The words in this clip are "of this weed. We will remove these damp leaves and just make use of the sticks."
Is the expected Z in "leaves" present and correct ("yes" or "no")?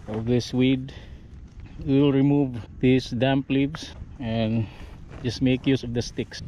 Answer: no